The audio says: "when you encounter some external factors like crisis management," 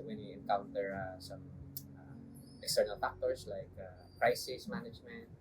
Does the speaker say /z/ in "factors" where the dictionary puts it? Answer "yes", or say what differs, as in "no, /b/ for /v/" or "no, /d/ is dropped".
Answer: no, /s/ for /z/